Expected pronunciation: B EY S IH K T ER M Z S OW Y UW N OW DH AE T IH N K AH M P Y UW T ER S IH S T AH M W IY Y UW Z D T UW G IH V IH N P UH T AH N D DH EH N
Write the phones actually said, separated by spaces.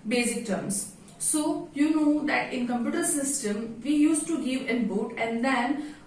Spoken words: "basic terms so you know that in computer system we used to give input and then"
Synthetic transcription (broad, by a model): B EY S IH K T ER M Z S OW Y UW N OW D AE T IH N K AH M P Y UW T ER S IH S T AH M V IY Y UW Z T UW G IH V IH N B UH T AH N D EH N